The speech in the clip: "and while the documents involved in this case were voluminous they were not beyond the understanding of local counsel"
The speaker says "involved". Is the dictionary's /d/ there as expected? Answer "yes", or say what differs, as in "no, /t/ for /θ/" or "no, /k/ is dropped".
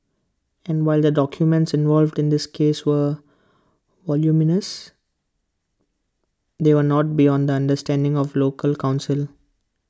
yes